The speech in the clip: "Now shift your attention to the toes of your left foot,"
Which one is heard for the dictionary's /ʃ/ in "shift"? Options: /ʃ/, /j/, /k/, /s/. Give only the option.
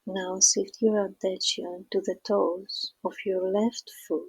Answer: /s/